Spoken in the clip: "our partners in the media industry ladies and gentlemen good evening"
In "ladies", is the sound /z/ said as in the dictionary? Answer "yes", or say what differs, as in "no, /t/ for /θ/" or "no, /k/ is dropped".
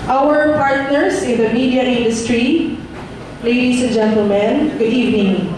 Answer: no, /s/ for /z/